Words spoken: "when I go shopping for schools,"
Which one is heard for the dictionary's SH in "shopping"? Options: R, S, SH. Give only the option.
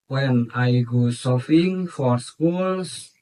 S